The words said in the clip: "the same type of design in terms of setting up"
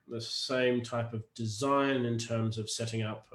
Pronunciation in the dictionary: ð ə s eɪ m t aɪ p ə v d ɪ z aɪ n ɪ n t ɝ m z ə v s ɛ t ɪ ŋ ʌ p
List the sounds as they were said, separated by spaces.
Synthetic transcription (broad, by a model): ð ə s eɪ m t aɪ p ə v d ɪ z aɪ n ɪ n t ɝ m z ə v s ɛ t ɪ ŋ ʌ p